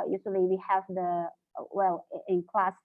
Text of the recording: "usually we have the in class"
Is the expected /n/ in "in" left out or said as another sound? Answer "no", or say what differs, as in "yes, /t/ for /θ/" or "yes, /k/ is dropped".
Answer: yes, /l/ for /n/